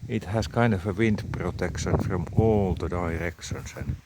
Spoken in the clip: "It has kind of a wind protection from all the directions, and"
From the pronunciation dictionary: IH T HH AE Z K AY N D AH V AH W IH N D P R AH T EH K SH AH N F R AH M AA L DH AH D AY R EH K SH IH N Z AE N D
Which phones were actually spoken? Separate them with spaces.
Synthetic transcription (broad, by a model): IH T HH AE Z K AY N D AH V AH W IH N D P R AH T EH K SH AH N F R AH M AA L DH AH D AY R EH K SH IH N S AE N